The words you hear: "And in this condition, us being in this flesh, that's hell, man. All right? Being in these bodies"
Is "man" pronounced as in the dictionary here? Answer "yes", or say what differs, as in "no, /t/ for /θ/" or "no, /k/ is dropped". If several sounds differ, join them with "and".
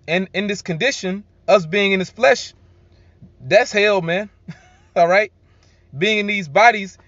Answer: yes